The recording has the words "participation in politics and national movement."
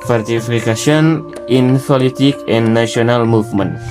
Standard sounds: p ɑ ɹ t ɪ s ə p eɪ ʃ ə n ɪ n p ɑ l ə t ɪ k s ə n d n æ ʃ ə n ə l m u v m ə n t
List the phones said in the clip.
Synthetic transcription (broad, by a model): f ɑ ɹ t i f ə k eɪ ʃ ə n ɪ n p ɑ l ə t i k ə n n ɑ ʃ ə n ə l m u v m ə n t